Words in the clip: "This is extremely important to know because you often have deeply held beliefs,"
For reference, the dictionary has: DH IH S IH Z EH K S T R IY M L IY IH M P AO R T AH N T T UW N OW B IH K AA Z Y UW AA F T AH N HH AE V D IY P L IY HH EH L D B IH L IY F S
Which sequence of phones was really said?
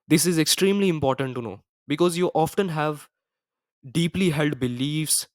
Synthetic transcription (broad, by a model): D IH S IH Z EH K S T R IY M L IY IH M P AO R T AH N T T UW N OW B IH K AA Z Y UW AA F T AH N HH AE V D IY P L IY HH EH L D B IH L IY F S